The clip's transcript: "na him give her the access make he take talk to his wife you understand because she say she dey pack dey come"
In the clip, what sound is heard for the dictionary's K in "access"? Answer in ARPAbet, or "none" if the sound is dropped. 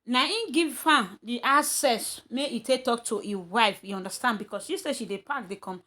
none